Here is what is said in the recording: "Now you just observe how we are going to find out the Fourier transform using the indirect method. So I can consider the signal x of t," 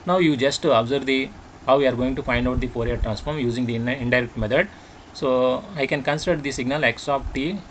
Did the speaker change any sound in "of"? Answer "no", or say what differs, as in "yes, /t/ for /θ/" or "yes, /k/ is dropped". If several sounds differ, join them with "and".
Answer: yes, /p/ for /v/